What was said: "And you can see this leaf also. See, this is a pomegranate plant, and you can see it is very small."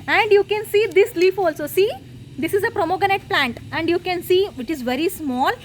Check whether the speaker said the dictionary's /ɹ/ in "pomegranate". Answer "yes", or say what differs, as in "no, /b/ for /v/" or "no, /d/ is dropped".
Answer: no, /ɹ/ is dropped